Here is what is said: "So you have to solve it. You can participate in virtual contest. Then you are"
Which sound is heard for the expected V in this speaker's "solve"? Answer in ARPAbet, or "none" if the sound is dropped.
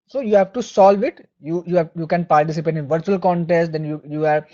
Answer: V